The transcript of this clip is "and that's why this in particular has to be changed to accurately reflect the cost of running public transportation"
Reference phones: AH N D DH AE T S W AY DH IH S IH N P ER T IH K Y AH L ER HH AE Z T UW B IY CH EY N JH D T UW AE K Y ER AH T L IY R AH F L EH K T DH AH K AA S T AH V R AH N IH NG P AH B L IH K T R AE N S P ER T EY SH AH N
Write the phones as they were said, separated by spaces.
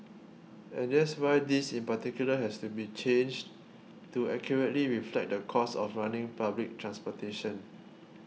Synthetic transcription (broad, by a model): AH N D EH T S W AY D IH S IH N P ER T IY K Y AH L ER HH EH S T UW B IY CH EY N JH T UW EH K Y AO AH T L IY R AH F L EH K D AH K AA S AH F R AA N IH NG P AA B L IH K T R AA N S P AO T EY SH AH N